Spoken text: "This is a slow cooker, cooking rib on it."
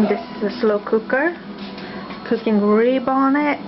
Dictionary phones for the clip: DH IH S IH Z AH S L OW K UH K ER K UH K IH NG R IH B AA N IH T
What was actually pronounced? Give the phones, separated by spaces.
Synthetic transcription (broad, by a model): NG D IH S AH S L OW K UH K ER K UH K IH NG R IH B AA N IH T